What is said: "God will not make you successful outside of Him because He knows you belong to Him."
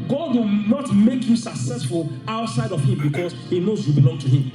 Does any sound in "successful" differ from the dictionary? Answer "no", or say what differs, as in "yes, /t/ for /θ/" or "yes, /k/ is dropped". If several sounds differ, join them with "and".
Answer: no